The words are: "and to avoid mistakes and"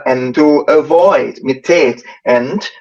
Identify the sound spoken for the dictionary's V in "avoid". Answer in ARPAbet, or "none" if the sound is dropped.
V